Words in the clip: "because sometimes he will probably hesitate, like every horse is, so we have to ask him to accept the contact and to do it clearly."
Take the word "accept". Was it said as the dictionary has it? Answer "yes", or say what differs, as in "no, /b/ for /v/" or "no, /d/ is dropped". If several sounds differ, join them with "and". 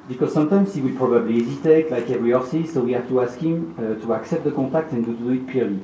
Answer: yes